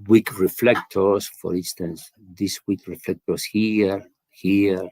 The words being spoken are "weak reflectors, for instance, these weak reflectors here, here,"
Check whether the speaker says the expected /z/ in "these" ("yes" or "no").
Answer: no